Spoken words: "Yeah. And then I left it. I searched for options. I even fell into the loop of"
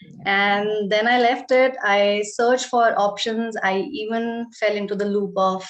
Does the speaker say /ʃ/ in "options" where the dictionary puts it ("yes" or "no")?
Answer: yes